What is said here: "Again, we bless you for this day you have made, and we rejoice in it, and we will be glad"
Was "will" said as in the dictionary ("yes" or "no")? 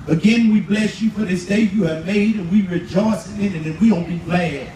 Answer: no